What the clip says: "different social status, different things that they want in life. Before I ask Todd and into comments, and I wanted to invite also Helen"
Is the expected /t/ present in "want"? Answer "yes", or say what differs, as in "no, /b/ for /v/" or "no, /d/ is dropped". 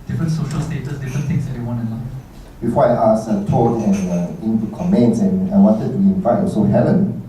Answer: no, /t/ is dropped